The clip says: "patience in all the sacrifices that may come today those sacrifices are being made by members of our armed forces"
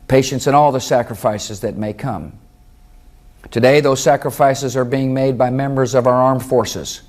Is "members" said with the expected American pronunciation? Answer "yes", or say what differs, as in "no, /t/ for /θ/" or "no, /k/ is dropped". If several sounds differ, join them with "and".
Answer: yes